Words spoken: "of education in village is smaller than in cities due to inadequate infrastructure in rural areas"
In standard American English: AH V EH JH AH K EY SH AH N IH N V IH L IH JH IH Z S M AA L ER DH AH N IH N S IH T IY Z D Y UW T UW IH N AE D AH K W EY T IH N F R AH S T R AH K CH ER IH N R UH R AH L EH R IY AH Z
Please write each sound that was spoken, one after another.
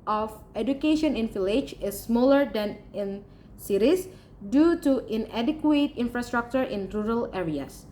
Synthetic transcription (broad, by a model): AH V EH JH AH K EY SH AH N IH N F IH L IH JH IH S M AA L ER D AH N IH N S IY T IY S D Y UW T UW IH N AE D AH K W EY T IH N F R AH S T R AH K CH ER IH N R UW R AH L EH R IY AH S